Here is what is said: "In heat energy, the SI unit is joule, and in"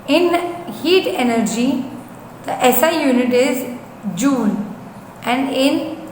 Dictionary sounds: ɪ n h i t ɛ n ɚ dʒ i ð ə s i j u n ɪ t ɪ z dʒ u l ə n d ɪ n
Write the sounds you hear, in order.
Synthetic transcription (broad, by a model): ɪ n h i t ɛ n ɚ dʒ i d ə s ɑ j u n ɪ t ɪ z dʒ u n ə n d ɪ n